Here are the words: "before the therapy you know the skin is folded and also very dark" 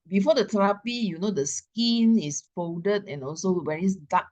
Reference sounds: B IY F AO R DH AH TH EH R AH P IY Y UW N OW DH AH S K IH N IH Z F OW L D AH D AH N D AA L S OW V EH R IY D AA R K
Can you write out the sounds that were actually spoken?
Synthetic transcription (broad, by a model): B IY F AO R AH T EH R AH P IY Y UW N OW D AH S K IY N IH S F OW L D AH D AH N AA L S OW W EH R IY D AA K